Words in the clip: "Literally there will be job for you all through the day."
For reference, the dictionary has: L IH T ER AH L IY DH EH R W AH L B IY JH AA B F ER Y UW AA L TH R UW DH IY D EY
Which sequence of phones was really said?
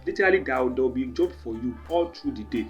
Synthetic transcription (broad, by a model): L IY T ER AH L IY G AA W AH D B IY JH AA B F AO Y UW AA L T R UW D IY D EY